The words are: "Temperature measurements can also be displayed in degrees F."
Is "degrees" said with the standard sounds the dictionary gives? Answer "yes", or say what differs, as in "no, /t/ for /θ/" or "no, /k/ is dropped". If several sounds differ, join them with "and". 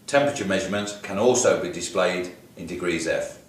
yes